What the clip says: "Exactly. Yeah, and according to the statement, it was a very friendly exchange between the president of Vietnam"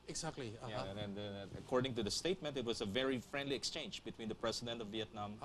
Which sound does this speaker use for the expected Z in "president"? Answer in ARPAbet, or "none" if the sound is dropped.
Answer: S